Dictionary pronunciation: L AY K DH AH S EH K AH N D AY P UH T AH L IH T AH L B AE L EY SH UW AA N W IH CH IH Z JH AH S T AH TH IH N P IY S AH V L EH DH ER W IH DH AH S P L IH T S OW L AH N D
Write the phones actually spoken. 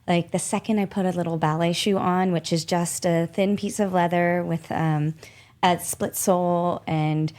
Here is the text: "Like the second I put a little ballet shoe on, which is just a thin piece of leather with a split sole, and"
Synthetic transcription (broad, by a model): L AY K DH AH S EH K AH N D AY P UH T AH L IH T L B AE L EY SH UW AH N W IH CH IH Z JH AH S T AH TH IH N P IY S AH V L EH DH ER W IH DH AH S P L IH T S OW L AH N